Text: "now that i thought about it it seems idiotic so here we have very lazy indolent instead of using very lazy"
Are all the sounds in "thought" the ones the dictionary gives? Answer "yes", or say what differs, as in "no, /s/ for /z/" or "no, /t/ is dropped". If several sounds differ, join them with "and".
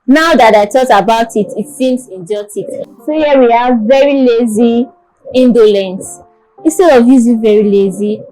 no, /t/ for /θ/